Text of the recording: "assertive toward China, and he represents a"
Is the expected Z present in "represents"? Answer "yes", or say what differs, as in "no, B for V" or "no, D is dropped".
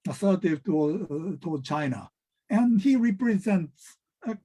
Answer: yes